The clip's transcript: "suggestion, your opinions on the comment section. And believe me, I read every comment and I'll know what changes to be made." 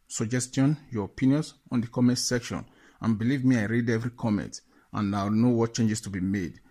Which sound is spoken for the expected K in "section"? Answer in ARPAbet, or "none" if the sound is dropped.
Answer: K